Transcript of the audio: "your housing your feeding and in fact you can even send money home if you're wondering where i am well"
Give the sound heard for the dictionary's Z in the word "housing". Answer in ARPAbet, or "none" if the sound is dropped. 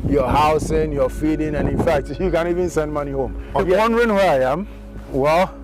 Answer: S